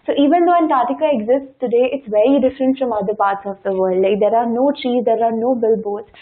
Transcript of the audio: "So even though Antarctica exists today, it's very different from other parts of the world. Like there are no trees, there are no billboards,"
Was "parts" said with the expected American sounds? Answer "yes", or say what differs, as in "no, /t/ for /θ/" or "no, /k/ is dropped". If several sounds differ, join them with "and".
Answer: yes